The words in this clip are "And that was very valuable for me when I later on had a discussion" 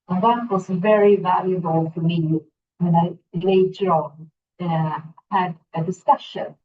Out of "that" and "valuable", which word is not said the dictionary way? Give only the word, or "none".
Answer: none